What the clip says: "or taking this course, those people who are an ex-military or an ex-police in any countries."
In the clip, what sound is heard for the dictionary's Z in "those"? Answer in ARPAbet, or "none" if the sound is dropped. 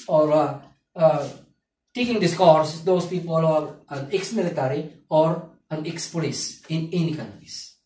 S